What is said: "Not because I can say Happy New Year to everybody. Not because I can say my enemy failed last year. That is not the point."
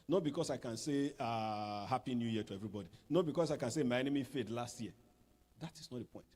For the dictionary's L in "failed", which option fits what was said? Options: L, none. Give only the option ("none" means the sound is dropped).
none